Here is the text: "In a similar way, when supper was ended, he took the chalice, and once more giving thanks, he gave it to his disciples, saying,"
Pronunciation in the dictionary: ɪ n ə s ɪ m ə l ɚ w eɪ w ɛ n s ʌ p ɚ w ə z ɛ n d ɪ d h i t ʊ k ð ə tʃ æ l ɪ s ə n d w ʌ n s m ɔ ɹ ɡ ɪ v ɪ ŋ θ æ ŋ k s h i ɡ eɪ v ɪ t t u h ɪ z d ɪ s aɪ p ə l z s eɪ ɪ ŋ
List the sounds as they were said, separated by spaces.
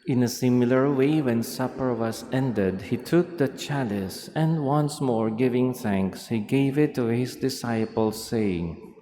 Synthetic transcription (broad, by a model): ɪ n ə s ɪ m ə l ɚ w eɪ w ɛ n s ʌ p ɚ w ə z ɛ n d ɪ d h i t ʊ k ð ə tʃ æ l ɪ s ə n d w ʌ n s m ɔ ɹ ɡ ɪ v ɪ ŋ θ æ ŋ k s h i ɡ eɪ v ɪ t t u h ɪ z d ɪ s aɪ p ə l s eɪ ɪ ŋ